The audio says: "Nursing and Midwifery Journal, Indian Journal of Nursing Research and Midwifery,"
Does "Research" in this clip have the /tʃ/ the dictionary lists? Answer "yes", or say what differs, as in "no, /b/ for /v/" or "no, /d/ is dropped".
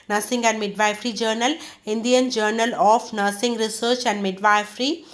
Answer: yes